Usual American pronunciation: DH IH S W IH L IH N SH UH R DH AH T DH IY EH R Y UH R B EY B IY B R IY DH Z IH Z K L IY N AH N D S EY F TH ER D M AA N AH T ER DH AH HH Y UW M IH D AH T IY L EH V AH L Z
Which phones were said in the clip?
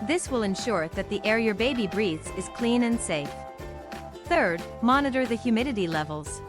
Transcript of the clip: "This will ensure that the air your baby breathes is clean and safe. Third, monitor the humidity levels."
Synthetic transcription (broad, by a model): DH IH S W IH L IH N SH UH R DH AH T DH IY EH R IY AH R B EY B IY B R IY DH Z IH Z K L IY N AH N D S EY F TH ER D M AA N AH T ER DH AH HH Y UW M IH D AH T IY L EH V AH L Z